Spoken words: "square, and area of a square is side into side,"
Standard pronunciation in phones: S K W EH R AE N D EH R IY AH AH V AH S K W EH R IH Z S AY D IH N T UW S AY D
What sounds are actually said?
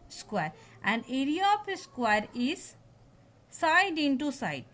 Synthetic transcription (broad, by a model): S K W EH R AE N D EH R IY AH P AH S K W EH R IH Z S AY D IH N T UW S AY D